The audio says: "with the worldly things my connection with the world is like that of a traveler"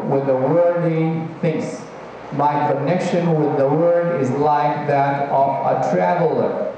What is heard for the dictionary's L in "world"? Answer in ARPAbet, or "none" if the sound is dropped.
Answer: none